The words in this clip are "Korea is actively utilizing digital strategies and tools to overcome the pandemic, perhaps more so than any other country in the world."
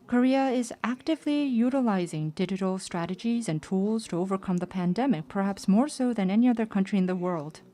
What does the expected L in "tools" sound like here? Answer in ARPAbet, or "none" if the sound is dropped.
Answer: L